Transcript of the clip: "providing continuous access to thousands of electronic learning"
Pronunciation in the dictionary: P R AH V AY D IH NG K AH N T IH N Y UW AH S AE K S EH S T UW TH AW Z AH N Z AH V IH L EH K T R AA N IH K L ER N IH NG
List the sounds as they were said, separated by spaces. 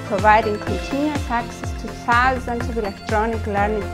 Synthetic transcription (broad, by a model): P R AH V AY D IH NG K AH N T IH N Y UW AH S AE K S EH S T UW S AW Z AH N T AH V IH L EH K T R AA N IH K L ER N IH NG